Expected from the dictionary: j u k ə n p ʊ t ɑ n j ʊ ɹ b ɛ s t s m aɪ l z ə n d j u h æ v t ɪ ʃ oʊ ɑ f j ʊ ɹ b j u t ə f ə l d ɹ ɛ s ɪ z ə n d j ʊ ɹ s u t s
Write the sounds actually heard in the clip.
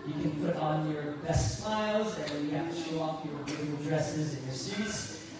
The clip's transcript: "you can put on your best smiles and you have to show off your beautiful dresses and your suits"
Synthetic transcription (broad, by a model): j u k ə n p ʊ t n j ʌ ɹ b ɛ s t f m aɪ l z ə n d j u h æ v t ɪ ʃ oʊ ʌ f j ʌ ɹ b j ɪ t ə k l d ɹ ɛ s ɪ z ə n j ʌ ɹ s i t s